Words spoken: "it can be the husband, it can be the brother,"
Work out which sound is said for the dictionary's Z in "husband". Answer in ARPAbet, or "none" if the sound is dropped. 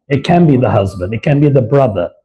Z